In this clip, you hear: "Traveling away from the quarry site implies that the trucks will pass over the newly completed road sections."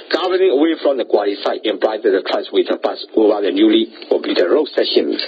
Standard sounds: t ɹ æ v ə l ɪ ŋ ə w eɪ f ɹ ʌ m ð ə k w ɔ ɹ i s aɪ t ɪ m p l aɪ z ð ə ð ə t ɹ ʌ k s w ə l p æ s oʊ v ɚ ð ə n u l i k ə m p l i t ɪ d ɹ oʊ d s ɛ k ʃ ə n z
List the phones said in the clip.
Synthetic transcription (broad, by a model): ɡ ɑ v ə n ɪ ŋ ə w eɪ f ɹ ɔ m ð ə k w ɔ l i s aɪ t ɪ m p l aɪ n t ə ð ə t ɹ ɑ s w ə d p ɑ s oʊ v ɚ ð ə n u l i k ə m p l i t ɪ ɹ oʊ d s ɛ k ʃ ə n